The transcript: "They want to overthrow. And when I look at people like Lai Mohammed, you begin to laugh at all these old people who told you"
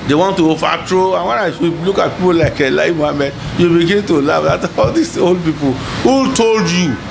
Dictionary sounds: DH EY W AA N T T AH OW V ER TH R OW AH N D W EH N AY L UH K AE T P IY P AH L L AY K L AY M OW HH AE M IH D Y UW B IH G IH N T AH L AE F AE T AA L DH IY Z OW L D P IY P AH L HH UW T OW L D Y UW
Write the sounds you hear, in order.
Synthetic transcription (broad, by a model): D EY W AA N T T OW F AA T R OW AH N W EH N AY L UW K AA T P IY P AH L L AY K L AY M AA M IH Y UW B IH G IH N T AH L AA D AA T AA L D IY S OW L D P IY P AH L HH UW T OW L D Y UW